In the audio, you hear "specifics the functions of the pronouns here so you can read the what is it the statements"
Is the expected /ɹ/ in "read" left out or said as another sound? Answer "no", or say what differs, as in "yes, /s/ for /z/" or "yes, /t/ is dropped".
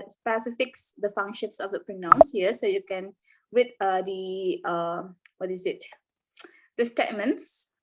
yes, /w/ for /ɹ/